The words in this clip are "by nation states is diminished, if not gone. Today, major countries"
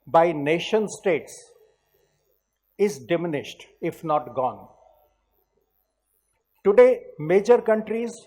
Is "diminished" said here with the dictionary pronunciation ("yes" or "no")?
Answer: yes